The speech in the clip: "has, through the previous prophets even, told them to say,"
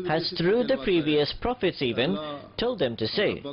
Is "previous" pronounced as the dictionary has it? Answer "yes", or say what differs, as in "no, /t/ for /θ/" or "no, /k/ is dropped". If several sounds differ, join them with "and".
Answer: yes